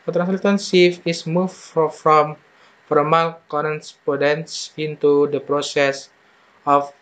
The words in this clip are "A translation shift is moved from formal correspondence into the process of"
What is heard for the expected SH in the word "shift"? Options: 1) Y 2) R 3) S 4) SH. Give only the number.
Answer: 3